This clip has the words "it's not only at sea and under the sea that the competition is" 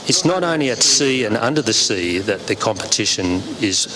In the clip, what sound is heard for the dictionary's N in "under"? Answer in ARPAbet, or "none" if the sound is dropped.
N